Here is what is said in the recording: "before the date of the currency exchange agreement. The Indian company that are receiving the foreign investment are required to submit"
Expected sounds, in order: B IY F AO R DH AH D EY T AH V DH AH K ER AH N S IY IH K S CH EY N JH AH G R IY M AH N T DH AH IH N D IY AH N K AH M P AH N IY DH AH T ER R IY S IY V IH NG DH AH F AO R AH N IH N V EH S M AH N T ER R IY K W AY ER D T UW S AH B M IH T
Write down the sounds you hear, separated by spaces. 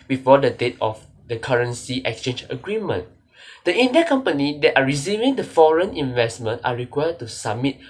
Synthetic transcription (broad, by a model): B IY F AO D AH D EY T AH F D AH K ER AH N S IY IH K S CH EY N JH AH G R IY M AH N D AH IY N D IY K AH M P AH N IY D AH T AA R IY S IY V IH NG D AH F AO R AH N IH N V EH S M AH N T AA R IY K W AY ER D T UW S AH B M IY T